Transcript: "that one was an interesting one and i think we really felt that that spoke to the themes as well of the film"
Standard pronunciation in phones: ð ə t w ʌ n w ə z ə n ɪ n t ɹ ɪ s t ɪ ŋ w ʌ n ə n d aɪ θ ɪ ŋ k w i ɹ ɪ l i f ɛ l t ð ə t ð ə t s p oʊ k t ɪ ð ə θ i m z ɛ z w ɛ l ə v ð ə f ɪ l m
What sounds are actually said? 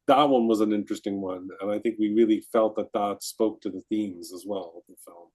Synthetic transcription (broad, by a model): ð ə t w ʌ n w ə z ə n ɪ n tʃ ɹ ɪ s t ɪ ŋ w ʌ n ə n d aɪ θ ɪ ŋ k w i ɹ ɪ l i f ɛ l t ð ə t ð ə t s p oʊ k t ɪ ð ə θ i m z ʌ z w ɛ l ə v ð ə f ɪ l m